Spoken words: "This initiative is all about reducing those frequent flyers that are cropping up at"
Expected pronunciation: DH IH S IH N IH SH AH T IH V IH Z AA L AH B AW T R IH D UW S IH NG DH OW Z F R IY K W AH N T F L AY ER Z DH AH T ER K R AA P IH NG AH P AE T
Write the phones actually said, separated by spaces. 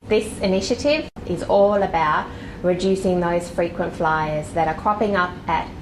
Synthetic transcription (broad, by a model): DH IH S IH N IH SH AH T IH V IH Z AA L AH B AW T R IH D UW S IH NG DH OW Z F R IY K W AH N T F L AY ER Z DH AH T ER K R AA P IH NG AH P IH T